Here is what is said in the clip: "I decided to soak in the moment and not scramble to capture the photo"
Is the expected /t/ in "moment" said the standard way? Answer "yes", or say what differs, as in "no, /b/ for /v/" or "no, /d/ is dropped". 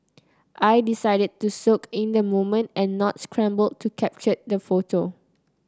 yes